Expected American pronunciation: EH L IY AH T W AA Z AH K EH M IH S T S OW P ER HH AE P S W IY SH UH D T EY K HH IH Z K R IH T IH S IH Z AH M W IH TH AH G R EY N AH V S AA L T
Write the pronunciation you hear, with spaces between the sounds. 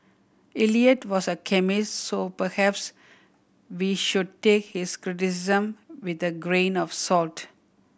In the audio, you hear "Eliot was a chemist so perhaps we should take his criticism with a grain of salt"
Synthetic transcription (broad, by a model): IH L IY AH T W AA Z AH K EH M IH S T S OW P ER HH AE P S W IY SH UH D T EY K HH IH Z K R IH T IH S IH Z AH M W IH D AH G R EY N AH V S AA L T